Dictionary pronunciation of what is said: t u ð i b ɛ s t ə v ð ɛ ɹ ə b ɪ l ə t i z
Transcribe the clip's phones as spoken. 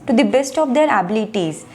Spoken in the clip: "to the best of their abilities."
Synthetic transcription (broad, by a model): t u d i b ɛ s t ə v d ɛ ɹ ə b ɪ l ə t i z